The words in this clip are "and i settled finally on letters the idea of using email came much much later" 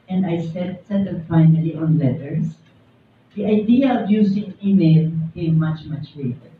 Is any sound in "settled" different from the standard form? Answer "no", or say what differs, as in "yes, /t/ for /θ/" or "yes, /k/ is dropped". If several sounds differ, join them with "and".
yes, /s/ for /t/